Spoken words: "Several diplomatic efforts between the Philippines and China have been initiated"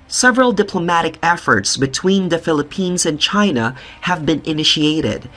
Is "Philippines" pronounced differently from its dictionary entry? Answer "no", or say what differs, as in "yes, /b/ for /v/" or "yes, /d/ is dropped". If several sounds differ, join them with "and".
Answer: no